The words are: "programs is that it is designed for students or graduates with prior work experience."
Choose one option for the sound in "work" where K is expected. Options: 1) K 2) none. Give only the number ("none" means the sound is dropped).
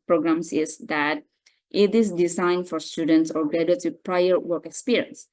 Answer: 1